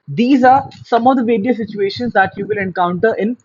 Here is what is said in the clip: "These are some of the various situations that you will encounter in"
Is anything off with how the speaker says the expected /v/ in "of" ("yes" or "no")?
no